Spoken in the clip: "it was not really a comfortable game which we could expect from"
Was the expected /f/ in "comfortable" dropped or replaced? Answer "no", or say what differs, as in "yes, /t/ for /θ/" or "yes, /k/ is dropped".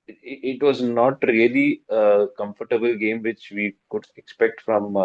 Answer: no